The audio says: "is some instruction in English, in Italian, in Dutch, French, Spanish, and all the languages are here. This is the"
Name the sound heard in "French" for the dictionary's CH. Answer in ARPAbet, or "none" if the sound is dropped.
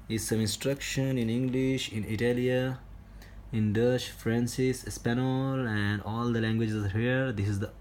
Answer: S